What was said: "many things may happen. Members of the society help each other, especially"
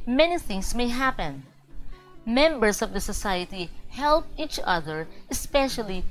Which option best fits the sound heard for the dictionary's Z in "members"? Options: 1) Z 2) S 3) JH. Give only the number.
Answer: 2